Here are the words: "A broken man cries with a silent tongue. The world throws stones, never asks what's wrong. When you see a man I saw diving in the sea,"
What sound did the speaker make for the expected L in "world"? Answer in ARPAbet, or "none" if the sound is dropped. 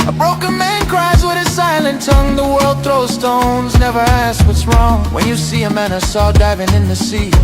L